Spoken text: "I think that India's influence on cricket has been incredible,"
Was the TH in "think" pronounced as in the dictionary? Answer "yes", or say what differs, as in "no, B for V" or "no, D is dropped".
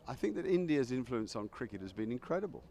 yes